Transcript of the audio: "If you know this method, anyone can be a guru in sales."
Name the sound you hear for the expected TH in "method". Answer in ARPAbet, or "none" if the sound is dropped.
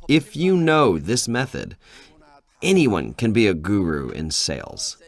TH